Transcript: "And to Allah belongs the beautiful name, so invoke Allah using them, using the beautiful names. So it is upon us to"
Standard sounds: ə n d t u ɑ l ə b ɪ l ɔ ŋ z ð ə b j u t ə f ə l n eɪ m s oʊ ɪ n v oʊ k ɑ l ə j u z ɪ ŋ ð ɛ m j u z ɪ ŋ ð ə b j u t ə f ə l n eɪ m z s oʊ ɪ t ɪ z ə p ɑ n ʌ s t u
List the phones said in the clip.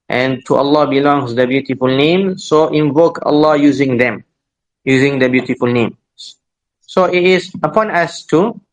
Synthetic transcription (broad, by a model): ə n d t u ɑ l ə b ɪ l ɔ ŋ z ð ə b j u t ə f ə l n eɪ m s oʊ ɪ n v oʊ k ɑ l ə j u z ɪ ŋ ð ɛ m j u z ɪ ŋ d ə b j u t ə f ə l n eɪ m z s oʊ ɪ t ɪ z ə p ɑ n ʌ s t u